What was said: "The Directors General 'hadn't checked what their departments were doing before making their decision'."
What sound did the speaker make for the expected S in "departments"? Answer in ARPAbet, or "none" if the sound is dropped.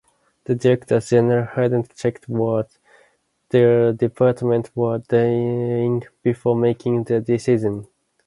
none